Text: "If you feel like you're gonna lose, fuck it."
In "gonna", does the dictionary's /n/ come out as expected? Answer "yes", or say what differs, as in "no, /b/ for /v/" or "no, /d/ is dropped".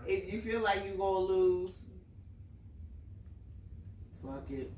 no, /n/ is dropped